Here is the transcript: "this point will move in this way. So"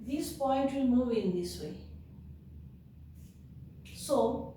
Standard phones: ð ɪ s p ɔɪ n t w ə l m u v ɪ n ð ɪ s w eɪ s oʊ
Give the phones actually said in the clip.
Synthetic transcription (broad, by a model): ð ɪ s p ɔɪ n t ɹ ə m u ɪ n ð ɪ s w eɪ s oʊ